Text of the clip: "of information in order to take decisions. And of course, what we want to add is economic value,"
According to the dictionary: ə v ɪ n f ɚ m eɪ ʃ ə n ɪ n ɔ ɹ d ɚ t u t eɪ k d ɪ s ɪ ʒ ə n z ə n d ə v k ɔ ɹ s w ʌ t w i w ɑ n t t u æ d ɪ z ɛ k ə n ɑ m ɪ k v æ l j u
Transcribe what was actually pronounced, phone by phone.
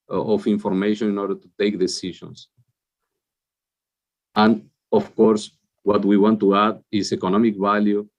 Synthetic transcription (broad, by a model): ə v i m f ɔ m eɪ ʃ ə n ɪ n ɔ ɹ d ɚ t u t eɪ k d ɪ s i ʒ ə n s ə n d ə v k ɔ ɹ s w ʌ t w i w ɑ n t t u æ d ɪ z ɛ k ə n ɑ m ɪ k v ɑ l j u